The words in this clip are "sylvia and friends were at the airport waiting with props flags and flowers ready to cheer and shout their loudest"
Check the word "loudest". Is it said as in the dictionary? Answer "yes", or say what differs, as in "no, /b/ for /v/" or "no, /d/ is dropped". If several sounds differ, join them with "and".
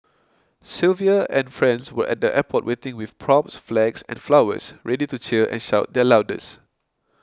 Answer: no, /t/ is dropped